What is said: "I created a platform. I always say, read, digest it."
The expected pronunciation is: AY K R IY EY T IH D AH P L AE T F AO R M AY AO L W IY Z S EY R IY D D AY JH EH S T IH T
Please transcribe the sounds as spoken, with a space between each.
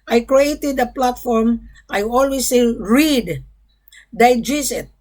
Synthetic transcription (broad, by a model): AY K R IY EY T IH D AH P L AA T F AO R M AY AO L W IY S EY R IY D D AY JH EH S IH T